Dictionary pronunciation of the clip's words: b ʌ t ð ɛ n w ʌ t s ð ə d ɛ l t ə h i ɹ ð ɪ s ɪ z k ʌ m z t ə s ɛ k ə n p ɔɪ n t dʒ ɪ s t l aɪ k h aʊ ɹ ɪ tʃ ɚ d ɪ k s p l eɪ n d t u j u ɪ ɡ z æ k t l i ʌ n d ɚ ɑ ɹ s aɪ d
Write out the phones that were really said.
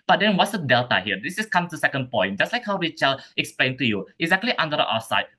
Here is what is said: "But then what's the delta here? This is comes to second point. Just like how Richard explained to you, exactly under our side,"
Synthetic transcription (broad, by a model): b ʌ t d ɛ n w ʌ t s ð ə d ɛ l t ə h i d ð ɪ s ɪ s k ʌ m t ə s ɛ k ə n p ɔɪ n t dʒ ɪ s t l aɪ k h aʊ w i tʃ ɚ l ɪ k s p l eɪ n t u j u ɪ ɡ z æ k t l i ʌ n d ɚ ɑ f s aɪ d